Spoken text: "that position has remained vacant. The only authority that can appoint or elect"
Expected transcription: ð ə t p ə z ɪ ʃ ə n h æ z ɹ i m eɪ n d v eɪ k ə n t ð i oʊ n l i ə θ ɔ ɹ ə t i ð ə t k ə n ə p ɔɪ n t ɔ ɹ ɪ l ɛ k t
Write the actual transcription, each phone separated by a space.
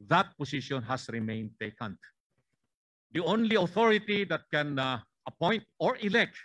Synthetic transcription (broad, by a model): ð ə t p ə s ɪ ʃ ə n h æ s ɹ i m eɪ n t eɪ k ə n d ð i oʊ n l i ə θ ɔ ɹ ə t i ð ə t k ə n ə p ɔɪ n t ɔ ɹ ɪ l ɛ k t